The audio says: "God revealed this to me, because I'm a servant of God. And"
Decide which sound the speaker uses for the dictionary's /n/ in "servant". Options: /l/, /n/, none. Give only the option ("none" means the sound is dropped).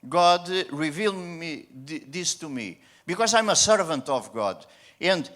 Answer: /n/